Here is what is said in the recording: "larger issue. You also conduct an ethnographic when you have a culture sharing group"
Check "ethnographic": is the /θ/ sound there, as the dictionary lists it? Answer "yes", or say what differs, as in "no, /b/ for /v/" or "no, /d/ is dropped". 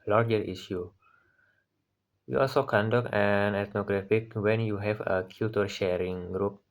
no, /t/ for /θ/